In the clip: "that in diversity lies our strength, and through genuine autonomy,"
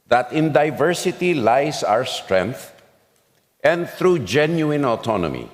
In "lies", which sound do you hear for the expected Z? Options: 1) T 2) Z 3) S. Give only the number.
3